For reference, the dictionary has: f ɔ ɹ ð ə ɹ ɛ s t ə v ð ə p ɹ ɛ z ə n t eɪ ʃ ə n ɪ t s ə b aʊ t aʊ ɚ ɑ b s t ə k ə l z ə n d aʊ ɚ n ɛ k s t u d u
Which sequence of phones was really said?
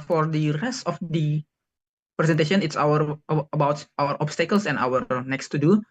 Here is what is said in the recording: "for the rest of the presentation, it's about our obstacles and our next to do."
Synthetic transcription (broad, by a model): f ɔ ɹ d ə ɹ ɛ s t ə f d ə p ɹ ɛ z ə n t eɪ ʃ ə n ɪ t s ə b aʊ t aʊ ɚ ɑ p s t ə k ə l s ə n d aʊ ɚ n ɛ k s t u d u